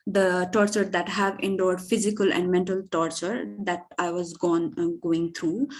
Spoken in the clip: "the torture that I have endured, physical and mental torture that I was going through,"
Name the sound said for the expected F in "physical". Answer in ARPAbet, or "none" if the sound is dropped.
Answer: F